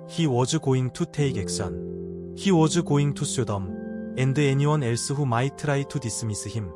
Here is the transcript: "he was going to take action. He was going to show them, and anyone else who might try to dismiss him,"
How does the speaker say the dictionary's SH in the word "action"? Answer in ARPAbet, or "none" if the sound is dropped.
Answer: S